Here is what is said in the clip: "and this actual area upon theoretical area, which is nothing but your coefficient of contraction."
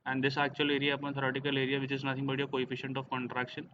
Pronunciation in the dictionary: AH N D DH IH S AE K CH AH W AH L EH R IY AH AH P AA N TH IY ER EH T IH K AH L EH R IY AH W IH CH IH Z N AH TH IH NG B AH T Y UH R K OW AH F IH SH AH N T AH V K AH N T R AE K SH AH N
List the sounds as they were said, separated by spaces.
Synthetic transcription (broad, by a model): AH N D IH S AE K CH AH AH L EH R IY AH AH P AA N T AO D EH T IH K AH L EH R IY AH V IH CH IH Z N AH T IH NG B AH T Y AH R K OW AH F IH SH AH N T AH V K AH N T R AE K SH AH N